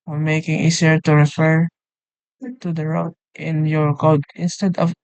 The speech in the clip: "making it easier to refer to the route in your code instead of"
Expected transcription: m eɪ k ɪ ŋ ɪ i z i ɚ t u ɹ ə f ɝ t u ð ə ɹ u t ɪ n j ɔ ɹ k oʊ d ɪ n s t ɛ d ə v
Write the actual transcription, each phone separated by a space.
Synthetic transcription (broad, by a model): m eɪ k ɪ ŋ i s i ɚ t u ɹ ə f ɝ t u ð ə ɹ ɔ t ɪ n j ɔ ɹ k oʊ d ɪ n s t ɛ d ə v